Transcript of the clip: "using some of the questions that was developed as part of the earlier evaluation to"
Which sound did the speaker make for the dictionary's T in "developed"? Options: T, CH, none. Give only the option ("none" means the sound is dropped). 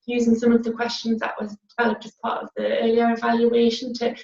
T